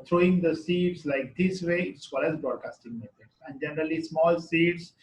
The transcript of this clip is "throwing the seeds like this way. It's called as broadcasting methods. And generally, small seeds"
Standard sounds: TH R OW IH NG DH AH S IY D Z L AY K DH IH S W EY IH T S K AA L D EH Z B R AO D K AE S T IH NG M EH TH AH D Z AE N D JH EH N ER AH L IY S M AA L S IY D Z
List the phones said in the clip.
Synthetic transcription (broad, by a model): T R OW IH NG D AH S IY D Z L AY K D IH S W EY IH T S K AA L EH Z B R AO D K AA S T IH NG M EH T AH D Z AE N D JH EH N ER AH L IY S M AA L S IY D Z